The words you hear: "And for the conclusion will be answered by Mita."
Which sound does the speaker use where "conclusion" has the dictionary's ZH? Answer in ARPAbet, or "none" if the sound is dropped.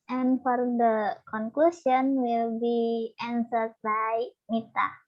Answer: S